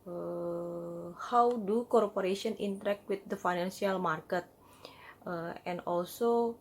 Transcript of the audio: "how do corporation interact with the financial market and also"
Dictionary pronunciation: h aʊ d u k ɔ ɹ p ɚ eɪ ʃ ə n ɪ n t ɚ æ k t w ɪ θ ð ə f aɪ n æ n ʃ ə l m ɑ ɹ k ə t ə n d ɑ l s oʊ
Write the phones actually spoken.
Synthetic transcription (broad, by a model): h aʊ d u k ɔ ɹ p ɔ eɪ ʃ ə n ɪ n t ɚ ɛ k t w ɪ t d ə f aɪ n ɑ n s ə l m ɑ ɹ k ə t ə n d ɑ l s oʊ